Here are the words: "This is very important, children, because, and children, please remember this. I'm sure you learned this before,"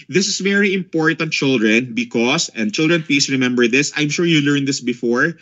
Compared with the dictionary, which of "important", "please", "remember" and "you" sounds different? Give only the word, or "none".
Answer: please